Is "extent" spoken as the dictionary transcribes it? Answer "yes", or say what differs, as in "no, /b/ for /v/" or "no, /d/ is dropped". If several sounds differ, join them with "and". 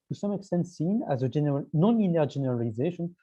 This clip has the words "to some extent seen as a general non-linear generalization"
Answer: yes